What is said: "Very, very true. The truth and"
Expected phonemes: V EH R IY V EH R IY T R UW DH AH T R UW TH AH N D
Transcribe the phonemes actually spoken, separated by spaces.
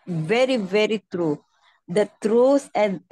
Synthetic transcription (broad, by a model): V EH R IY V EH R IY T R UW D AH T R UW S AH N